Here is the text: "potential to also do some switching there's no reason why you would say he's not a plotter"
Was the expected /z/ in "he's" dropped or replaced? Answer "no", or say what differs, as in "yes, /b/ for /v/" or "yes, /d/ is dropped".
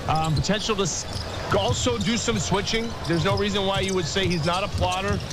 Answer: no